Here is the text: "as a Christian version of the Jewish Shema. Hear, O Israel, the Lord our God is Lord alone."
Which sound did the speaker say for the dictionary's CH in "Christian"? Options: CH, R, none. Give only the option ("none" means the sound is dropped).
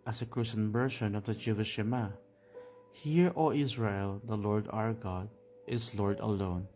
none